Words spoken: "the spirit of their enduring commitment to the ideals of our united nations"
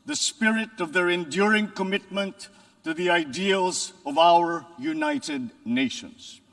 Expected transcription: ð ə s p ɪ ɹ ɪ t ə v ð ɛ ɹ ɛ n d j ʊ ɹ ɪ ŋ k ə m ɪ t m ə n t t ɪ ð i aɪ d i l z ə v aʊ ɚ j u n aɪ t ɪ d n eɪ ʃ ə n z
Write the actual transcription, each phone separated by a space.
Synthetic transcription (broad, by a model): ð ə s p ɪ ɹ ɪ t ə v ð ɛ ɹ ɛ n d j ʊ ɹ ɪ ŋ k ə m ɪ t m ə n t t ɪ ð i aɪ d i l z ə v aʊ ɚ j u n aɪ t ɪ d n eɪ ʃ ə n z